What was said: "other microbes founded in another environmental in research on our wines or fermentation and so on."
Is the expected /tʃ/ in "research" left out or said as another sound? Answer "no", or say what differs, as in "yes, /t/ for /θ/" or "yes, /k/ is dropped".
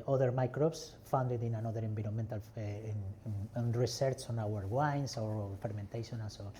yes, /s/ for /tʃ/